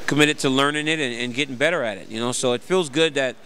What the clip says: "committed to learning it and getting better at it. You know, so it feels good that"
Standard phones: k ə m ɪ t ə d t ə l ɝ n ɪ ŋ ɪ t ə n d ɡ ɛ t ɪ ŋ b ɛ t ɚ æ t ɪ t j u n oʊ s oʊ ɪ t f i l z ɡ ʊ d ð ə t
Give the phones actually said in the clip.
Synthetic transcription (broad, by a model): k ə m ɪ t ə d t ə l ɝ n ɪ ŋ ɪ t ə n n ɡ ɛ t ɪ ŋ b ɛ t ɚ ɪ t ɪ t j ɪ n oʊ s oʊ ɪ t f i l z ɡ ʊ d ð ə t